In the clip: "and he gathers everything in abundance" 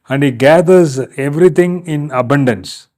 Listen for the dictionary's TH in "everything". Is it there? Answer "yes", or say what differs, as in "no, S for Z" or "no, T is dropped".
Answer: no, T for TH